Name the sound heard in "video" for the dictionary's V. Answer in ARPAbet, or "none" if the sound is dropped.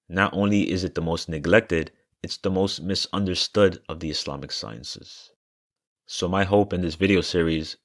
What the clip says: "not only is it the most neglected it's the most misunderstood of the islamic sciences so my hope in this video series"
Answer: V